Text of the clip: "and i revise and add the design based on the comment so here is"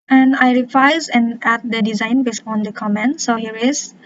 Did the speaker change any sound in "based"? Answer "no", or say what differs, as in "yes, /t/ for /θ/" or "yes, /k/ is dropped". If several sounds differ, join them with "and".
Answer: yes, /t/ is dropped